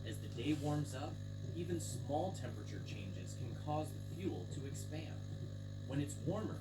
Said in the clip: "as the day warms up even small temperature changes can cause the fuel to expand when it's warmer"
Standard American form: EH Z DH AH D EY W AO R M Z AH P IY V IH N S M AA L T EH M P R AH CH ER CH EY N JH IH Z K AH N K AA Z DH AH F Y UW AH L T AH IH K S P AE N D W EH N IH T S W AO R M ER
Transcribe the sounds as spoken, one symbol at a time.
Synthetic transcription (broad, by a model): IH Z DH AH D EY W AO R M Z AH P IY V IH N S M AA L T EH M P R AH CH ER CH EY N JH IH Z K N K AA Z DH AH F Y UW L T AH IH K S P AE N D W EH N IH T S W AO R M ER